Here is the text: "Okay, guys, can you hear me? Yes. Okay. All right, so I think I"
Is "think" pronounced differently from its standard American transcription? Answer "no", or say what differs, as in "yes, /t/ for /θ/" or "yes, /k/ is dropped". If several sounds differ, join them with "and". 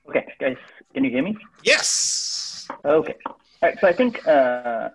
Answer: no